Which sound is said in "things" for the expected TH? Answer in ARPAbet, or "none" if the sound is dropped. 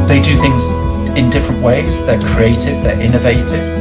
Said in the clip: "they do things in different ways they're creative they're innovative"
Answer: TH